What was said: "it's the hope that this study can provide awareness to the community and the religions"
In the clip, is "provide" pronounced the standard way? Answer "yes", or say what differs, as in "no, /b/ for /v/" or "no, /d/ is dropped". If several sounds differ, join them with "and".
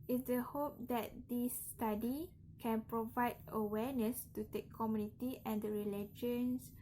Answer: yes